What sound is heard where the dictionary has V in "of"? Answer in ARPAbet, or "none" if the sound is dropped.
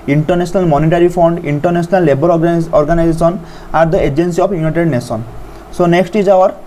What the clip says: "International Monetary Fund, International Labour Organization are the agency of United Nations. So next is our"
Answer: P